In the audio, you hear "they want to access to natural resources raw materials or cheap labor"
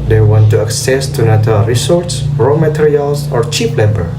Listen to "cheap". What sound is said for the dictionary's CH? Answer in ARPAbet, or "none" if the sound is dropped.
CH